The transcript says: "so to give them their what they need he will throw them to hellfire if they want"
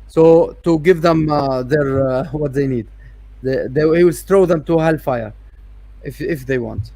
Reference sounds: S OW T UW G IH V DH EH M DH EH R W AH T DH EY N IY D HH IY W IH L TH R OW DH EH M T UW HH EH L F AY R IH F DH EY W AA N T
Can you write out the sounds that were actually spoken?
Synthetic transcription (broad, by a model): S OW T UW G IH V DH EH M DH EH R W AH T DH EY N IY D HH IY W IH L T R OW DH EH M T UW HH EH L F AY R IH F DH EY W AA N T